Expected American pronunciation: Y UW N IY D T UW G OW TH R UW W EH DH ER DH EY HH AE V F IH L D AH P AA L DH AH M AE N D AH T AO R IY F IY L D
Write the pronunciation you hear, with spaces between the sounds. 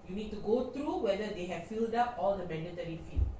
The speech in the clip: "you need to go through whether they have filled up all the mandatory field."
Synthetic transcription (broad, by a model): Y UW N IY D T UW G OW T R UW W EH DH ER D EY HH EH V F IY L D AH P AA L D AH M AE N D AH T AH R IY F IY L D